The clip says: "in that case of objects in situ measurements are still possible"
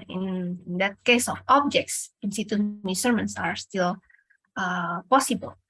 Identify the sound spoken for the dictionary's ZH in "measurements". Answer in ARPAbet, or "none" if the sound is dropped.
S